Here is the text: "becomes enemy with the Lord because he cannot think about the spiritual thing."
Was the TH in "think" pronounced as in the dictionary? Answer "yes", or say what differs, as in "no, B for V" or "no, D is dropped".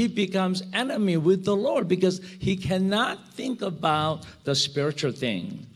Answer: yes